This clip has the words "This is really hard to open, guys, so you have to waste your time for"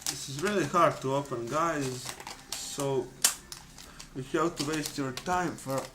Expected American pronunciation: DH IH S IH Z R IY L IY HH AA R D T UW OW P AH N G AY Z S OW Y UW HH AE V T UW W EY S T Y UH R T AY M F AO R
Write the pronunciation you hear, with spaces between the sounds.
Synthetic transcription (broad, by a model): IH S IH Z R IY L IY HH AA R D T UW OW F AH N G AY Z S OW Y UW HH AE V T UW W EY S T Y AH R T AY M F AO R